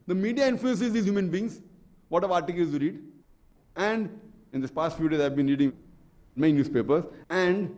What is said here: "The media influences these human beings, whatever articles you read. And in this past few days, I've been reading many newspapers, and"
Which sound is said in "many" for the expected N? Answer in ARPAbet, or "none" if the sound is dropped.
none